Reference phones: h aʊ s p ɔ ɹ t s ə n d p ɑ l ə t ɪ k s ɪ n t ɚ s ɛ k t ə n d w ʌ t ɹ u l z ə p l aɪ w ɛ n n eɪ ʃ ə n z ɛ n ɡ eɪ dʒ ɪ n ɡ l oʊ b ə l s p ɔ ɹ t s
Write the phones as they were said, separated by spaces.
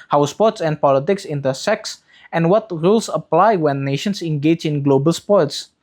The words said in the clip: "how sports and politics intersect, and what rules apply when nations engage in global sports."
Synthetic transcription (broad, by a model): h aʊ s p ɔ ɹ t s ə n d p ɑ l ə t ɪ k s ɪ n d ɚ s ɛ k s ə n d w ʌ t ɹ u l s ə p l aɪ w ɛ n n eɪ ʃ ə n s ɛ n ɡ eɪ dʒ ɪ n ɡ l oʊ b ə l s p ɔ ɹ t s